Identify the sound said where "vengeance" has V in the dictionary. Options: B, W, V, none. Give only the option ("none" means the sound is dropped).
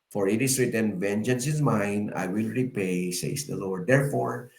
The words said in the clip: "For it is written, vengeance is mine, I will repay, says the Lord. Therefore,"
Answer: V